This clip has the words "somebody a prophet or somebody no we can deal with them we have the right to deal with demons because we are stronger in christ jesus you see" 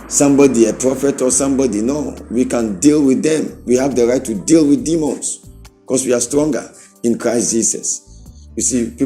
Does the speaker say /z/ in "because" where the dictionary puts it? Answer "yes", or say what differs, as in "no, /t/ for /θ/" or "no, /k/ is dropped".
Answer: no, /s/ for /z/